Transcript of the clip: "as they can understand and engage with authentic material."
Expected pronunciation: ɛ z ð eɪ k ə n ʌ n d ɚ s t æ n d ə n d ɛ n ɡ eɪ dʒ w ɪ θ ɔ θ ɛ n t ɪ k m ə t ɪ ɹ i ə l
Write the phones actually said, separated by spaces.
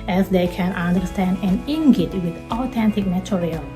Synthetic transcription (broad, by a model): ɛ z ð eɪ k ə n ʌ n d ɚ s t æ n d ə n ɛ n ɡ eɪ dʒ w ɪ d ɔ t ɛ n t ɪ k m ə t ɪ ɹ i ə l